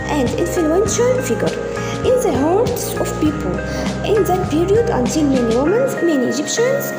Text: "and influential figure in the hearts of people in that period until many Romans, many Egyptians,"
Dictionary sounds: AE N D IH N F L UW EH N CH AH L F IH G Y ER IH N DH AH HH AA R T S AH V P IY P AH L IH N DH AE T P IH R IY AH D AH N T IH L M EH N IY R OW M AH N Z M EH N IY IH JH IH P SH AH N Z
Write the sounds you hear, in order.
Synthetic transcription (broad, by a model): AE N D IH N F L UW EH N SH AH L F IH G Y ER IH N DH AH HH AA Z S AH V P IY P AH L IH N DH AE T P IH R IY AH D AH N T IH L M EH N IY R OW M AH N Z M EH N IY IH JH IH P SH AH N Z